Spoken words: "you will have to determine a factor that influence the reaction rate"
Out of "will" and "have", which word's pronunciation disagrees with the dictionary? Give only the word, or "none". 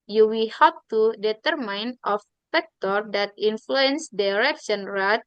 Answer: have